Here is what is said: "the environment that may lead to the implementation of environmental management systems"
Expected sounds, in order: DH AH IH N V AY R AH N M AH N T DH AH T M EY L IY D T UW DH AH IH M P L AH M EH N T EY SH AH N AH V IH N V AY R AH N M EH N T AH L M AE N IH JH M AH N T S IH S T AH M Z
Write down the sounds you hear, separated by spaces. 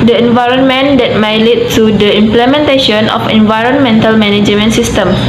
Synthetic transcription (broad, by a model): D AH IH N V AY R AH N M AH N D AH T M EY L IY T UW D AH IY M P L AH M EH N T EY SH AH N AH F IH N V AY R AH N M EH N T AH L M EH N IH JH M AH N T S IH S T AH M